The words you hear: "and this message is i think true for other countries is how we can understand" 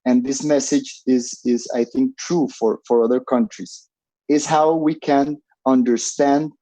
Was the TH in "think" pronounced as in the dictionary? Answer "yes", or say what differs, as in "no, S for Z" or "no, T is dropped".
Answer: yes